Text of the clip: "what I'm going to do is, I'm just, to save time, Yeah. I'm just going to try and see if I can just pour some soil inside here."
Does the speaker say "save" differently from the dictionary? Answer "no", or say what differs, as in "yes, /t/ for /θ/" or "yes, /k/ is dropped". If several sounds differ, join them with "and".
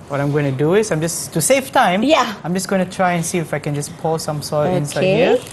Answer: yes, /f/ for /v/